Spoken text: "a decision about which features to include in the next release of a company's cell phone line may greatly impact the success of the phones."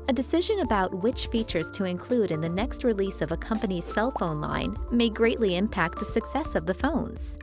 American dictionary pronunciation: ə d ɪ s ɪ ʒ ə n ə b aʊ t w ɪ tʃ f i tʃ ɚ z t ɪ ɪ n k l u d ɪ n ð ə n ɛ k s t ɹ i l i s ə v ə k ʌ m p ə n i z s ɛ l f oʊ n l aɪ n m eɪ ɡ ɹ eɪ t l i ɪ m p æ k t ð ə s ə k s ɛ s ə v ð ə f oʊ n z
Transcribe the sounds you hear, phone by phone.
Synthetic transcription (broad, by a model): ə d ɪ s ɪ ʒ ə n ə b aʊ t w ɪ tʃ f i tʃ ɚ z t ɪ ɪ n k l u d ɪ n ð ə n ɛ k s t ɹ i l i s ə v ə k ʌ m p ə n i z s ɛ l f oʊ n l aɪ n m eɪ ɡ ɹ eɪ t l i ɪ m p æ k t ð ə s ə k s ɛ s ə v ð ə f oʊ n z